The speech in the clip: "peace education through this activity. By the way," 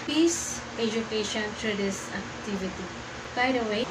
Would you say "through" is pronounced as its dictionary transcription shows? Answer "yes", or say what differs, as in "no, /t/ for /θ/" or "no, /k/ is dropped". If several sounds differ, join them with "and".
no, /t/ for /θ/